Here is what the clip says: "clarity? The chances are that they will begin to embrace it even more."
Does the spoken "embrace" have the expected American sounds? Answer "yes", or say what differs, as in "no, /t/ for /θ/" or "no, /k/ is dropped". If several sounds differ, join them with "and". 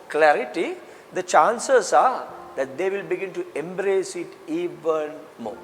yes